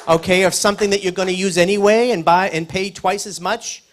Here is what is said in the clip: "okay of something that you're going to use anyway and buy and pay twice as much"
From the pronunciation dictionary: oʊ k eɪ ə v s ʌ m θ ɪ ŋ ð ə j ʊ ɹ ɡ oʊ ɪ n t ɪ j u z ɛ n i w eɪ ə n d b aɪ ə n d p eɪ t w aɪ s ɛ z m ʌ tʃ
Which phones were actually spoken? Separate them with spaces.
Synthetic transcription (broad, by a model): oʊ k eɪ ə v s ʌ m θ ɪ ŋ ð ə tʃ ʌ ɹ ɡ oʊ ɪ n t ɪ j u z ɛ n i w eɪ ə n b aɪ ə n p eɪ t w aɪ s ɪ z m ʌ tʃ